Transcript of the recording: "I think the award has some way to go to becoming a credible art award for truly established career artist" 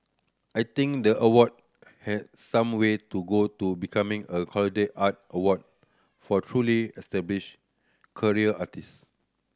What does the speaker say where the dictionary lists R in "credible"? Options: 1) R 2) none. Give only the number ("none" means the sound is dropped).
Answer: 2